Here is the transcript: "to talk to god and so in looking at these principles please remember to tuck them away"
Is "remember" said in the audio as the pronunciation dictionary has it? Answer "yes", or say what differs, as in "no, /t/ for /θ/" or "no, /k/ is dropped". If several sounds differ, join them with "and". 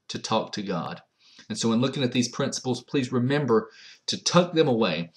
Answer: yes